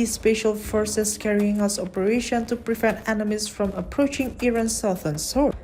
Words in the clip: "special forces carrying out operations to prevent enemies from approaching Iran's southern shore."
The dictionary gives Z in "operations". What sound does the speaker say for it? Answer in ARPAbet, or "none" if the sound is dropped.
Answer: none